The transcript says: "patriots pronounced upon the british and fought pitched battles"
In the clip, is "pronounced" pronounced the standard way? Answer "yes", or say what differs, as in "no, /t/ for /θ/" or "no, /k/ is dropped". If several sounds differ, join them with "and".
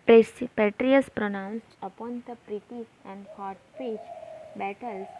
yes